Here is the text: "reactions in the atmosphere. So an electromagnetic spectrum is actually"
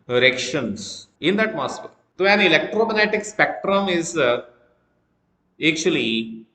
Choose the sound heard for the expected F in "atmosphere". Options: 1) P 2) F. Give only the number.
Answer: 1